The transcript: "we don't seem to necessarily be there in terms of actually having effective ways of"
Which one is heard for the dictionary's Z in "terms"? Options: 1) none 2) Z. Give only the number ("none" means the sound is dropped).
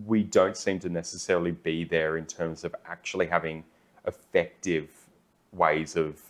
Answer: 2